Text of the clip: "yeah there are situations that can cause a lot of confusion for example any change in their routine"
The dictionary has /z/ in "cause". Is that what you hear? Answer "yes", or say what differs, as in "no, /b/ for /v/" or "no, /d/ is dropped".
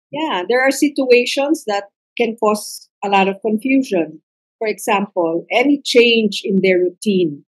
no, /s/ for /z/